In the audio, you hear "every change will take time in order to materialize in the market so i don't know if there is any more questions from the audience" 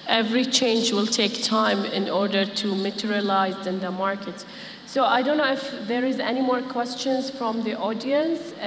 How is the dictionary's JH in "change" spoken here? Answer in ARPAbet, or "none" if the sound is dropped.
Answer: JH